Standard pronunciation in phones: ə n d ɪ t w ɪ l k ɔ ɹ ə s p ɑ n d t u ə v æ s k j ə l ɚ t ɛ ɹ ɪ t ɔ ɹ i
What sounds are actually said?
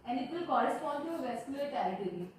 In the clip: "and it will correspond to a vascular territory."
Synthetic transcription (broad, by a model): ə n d ɪ t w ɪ l k ɔ ɹ ə s p ɑ n d t u ə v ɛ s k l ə ɚ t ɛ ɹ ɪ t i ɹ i